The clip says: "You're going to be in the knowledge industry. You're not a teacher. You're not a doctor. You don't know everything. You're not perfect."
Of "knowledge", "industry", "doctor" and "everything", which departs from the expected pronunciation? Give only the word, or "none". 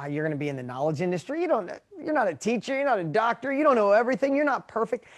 none